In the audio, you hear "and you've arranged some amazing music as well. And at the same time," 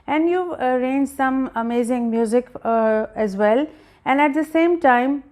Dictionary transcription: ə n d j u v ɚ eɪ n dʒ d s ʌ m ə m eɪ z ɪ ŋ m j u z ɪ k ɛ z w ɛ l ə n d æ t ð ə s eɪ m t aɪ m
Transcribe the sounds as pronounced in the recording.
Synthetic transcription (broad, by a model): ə n d j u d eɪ n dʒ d s ʌ m ə m eɪ z ɪ ŋ m j u z ɪ k ɛ z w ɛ l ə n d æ t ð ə s eɪ m t aɪ m